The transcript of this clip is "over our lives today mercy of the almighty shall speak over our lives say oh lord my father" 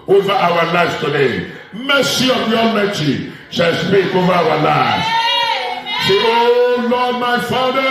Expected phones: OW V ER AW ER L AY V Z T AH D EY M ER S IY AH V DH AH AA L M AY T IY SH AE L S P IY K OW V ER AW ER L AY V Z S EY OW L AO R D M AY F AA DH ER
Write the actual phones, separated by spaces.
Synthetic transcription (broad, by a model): OW V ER AW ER L AY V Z T AH D EY M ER S IY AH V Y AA M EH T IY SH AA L S P IY K OW V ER AW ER L AY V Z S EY OW L AO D M AY F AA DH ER